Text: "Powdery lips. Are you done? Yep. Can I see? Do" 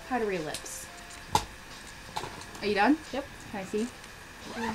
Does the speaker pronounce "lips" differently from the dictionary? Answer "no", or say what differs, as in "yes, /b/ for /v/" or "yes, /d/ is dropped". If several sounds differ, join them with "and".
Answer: no